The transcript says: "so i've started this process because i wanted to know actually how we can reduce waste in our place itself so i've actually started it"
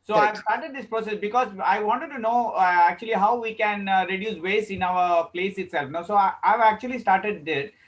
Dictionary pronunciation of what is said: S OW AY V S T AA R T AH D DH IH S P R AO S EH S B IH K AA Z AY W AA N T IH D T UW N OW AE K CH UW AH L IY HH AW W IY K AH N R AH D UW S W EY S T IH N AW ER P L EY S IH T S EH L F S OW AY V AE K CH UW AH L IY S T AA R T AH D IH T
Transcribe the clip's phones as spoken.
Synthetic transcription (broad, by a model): S OW AY V S T AA R T AH D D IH S P R AO S EH S B IH K AA Z AY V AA N T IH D T UW N OW AE K CH UW AH L IY HH AW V IY K AH N R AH D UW S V EY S IH N AW ER P L EY S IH T S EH L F S OW AY V AE K CH UW AH L IY S T AA R T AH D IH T